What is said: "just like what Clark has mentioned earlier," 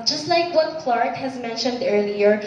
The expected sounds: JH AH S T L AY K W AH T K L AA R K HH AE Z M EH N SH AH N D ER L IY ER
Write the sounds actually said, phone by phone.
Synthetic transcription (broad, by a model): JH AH S T L AY K W AH T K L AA R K HH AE Z M EH N SH AH N D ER L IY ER